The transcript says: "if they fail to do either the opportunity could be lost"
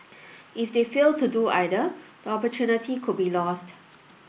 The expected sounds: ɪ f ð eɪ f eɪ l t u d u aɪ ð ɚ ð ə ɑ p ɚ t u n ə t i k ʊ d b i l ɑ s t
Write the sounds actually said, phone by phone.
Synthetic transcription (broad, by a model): ɪ f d eɪ f eɪ l t u d u aɪ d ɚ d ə ɑ p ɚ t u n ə t i k ʊ d b i l ɑ s t